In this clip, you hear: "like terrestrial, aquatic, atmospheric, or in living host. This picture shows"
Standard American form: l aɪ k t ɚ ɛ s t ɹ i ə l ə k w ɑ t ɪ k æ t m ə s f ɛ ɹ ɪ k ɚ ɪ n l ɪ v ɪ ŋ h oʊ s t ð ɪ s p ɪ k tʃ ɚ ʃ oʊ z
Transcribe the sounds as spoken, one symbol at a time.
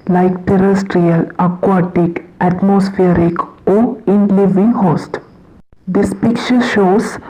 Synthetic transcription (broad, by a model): l aɪ k t ɚ ɛ s t ɹ i ə l ə k w ɑ t ɪ k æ t m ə s f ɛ ɹ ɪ k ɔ ɪ n l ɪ v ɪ ŋ h oʊ s t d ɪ s p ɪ k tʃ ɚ ʃ oʊ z